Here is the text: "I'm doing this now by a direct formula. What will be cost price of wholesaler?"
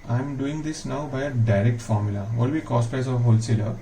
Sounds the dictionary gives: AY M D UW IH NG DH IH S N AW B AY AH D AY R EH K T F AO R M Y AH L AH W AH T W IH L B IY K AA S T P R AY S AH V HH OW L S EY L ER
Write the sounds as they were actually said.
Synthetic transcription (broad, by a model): AY M D UW IH NG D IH S N AW B AY AH D AY R EH K T F AO R M Y AH L AH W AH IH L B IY K AA S T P AY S AH V HH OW L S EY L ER